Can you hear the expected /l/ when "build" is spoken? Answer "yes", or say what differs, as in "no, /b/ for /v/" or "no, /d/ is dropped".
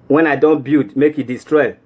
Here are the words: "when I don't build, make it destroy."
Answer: no, /l/ is dropped